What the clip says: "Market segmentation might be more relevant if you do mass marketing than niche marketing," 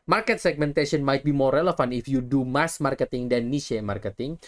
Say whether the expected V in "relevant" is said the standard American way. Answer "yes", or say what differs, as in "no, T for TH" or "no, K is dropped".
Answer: no, F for V